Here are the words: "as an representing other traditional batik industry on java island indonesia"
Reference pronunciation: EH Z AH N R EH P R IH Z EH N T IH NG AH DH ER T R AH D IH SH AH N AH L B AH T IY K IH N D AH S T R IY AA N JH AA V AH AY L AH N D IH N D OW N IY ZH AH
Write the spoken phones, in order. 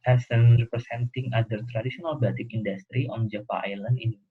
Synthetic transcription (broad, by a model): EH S AH N R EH P R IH S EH N T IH NG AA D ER T R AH D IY S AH N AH L B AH T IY K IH N D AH S T R IY AA N JH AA F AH AY L AH N D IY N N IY